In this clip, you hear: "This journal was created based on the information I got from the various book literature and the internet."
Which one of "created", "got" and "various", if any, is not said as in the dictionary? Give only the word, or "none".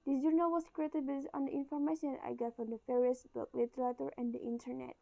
various